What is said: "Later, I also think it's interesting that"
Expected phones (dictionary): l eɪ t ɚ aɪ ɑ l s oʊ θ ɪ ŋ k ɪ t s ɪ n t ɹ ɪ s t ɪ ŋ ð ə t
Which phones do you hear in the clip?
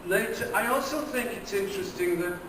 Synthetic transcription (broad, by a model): l eɪ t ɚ aɪ ɑ l s oʊ θ ɪ ŋ k ɪ t s ɪ n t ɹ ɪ s t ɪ ŋ ð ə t